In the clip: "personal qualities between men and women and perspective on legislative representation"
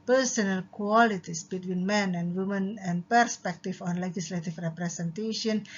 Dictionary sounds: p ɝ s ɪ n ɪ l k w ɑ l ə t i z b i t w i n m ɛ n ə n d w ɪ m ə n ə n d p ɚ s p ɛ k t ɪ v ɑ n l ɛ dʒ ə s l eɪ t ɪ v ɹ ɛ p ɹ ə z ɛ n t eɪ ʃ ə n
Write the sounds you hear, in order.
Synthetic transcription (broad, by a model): p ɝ s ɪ n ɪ l k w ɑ l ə t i s b i t w i n m ɛ n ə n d w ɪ m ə n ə n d p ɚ s p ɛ k t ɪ f ɑ n l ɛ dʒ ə s l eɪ t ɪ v ɹ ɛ p ɹ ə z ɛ n t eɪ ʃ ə n